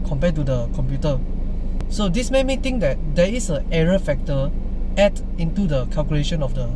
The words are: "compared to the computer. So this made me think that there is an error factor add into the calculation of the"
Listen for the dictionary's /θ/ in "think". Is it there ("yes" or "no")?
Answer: no